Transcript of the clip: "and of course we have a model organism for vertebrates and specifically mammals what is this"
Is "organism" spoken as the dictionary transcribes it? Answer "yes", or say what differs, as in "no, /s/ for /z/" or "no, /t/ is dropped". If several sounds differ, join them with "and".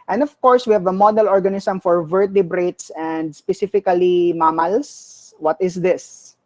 no, /s/ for /z/